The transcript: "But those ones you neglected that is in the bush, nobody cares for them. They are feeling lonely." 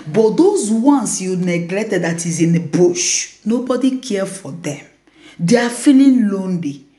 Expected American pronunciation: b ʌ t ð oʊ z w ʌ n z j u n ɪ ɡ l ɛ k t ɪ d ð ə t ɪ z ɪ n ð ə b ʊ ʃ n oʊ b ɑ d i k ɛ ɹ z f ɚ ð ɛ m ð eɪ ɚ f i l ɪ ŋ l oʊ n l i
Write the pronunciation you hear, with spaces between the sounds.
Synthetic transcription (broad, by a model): b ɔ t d oʊ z w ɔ n s j u n ɪ ɡ l ɛ k t ɪ d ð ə t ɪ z ɪ n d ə b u ʃ n oʊ b ɑ d i k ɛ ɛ f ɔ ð ɛ m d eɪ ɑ f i l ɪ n l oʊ n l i